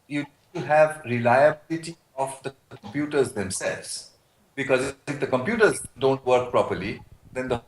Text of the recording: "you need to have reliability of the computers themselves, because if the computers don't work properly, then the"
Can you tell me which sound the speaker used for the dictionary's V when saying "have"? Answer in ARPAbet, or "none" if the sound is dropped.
V